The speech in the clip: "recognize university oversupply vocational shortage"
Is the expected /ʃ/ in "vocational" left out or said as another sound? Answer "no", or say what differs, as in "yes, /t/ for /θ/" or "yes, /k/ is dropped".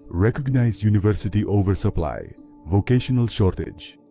no